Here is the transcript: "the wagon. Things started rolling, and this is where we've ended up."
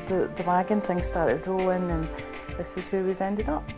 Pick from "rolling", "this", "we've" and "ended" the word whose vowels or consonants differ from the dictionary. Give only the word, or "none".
rolling